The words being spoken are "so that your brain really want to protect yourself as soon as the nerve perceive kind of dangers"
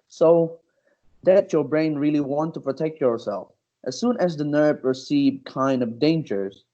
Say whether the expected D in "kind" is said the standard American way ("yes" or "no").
yes